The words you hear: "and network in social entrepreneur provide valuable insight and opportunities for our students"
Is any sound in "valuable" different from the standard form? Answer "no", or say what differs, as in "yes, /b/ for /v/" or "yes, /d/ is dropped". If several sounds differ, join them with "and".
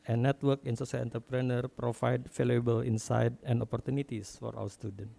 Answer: yes, /f/ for /v/